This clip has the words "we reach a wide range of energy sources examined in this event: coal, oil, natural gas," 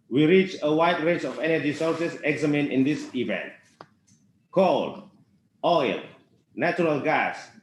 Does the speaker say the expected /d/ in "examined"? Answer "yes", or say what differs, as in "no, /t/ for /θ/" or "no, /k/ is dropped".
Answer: no, /d/ is dropped